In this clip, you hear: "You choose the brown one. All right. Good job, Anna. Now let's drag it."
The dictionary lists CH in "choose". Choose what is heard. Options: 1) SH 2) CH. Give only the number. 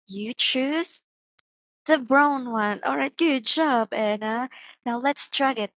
2